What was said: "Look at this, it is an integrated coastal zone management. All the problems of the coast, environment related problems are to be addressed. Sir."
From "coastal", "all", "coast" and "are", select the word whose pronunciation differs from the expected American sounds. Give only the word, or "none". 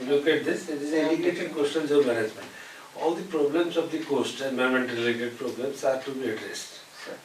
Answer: coastal